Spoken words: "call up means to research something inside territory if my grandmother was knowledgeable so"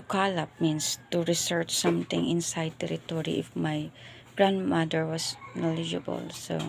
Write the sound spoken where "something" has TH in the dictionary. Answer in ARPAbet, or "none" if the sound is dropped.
T